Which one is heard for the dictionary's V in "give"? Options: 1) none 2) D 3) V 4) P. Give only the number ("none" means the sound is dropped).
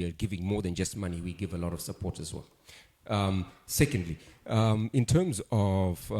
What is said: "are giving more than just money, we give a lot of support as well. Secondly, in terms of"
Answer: 3